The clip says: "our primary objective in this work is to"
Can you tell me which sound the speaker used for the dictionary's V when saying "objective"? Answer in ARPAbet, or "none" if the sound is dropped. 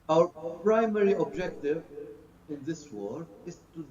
V